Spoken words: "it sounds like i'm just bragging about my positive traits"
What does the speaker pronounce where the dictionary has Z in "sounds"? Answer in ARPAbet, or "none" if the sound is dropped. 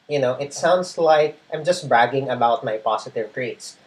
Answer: S